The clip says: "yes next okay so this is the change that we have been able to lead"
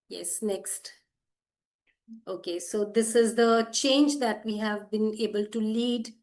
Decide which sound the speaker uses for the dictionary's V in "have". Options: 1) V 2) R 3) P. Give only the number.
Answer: 1